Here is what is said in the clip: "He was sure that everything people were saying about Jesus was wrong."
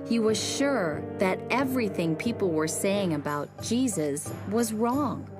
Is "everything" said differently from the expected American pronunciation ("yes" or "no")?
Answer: no